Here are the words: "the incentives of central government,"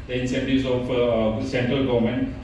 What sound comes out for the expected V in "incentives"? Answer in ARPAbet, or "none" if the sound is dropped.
none